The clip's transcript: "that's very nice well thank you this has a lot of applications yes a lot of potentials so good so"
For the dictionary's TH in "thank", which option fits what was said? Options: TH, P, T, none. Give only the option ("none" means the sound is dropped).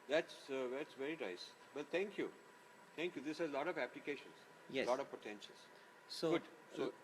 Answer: T